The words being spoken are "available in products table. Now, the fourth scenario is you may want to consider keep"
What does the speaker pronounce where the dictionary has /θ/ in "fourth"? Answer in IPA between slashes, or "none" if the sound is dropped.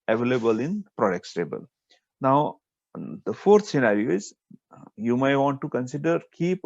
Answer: /t/